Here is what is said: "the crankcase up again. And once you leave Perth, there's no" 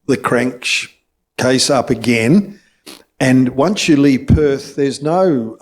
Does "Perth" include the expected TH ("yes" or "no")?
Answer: yes